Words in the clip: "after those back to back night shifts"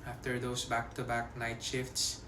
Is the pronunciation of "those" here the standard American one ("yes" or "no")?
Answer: no